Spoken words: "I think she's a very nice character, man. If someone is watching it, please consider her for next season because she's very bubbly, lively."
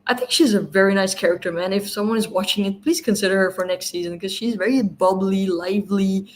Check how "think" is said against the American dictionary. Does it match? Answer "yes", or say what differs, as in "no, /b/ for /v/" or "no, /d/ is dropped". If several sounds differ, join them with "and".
yes